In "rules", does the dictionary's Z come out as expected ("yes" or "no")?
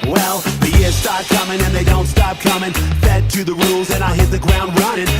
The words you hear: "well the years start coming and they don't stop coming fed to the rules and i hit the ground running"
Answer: yes